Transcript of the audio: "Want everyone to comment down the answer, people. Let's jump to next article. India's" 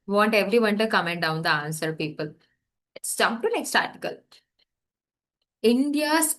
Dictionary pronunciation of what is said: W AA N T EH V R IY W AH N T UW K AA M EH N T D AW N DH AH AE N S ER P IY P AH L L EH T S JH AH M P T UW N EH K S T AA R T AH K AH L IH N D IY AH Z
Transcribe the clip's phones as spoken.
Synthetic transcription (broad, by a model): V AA N T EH V R IY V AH N T UW K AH M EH N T D AW N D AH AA N S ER P IY P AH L L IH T S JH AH P T UW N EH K S T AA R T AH K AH L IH N D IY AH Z